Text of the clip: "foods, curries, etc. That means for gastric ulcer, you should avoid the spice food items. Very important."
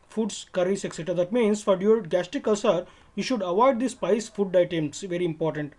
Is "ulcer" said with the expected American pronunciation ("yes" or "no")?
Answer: no